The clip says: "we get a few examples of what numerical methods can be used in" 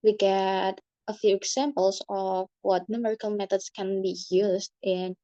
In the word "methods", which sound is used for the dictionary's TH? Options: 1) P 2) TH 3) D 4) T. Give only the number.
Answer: 4